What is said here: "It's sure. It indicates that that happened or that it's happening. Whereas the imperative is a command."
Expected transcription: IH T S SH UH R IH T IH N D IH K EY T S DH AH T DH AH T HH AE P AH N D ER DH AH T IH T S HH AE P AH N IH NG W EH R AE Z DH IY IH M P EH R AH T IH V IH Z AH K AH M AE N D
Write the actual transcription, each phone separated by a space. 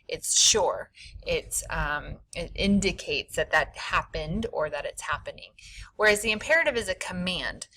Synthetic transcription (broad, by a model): IH T S SH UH R IH T IH N D IH K EY T S DH AH T DH AH T HH AE P AH N D ER DH AH T IH T S HH AE P AH N IH NG W EH R AE Z DH IY IH M P EH R AH T IH V IH Z AH K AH M AE N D